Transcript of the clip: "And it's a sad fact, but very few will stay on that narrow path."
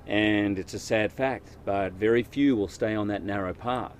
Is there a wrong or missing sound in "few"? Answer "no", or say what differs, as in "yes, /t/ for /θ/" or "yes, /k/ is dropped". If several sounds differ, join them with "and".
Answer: no